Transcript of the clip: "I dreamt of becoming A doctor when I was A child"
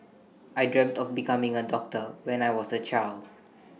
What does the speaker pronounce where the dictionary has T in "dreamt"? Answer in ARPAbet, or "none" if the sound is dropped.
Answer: T